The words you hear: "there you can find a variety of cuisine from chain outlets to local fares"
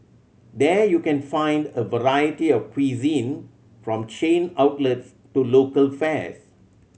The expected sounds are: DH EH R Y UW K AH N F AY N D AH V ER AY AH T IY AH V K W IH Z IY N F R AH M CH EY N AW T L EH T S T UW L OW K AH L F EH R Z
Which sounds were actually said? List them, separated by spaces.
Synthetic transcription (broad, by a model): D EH Y UW K AH N F AY N D AH V ER AY AH T IY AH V K W IH Z IY N F R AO M CH EY N AW T L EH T S T UW L OW K AH L F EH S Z